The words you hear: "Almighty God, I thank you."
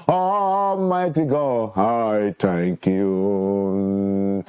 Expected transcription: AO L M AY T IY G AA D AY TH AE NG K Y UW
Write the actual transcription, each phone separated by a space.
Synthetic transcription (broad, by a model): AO M AY T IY G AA AY T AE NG K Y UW